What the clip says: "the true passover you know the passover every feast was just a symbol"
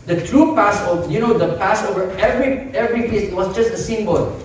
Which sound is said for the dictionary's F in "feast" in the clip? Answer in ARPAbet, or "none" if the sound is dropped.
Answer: P